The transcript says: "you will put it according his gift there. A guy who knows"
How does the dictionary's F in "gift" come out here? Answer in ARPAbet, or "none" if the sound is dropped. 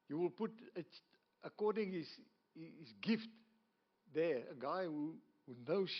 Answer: F